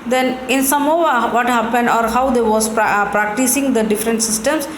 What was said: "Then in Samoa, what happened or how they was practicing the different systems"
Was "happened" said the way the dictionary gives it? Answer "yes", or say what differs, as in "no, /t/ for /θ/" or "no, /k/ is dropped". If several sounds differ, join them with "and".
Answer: yes